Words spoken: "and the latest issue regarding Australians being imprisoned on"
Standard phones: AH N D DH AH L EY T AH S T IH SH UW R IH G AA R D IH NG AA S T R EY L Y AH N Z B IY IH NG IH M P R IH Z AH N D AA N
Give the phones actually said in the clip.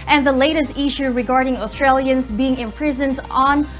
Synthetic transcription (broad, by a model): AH N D DH AH L EY T AH S T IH SH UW R IH G AA R D IH NG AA S T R EY L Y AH N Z B IY IH NG IH M P R IH Z AH N D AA N